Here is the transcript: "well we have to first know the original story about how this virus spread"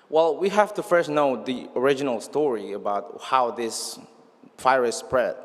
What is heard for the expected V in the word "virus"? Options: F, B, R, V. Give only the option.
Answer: F